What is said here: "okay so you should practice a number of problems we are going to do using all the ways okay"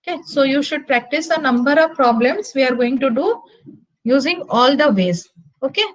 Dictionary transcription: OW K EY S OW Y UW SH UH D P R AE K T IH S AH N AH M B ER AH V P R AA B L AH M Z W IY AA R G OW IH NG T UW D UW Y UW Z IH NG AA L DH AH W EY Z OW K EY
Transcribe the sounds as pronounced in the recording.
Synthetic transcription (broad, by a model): K EY S OW Y UW SH UH D P R AE K T IH S AH N AH M B ER AH V P R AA B L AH M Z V IY AA R G OW IH NG T UW D UW Y UW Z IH NG AA L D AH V EY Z OW K EY